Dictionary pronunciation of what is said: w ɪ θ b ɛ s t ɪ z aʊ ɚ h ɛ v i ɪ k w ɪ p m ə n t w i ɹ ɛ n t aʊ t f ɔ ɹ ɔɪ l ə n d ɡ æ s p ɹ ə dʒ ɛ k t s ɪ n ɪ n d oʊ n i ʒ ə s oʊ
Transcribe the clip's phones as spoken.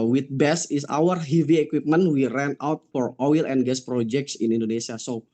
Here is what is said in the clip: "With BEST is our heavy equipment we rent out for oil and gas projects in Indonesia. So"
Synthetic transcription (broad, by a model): w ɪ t b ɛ s ɪ s aʊ ɚ h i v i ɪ k w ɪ p m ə n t w i ɹ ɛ n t aʊ t f ɔ ɹ ɔɪ l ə n ɡ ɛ s p ɹ ə dʒ ɛ k t s ɪ n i n d oʊ n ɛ s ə s oʊ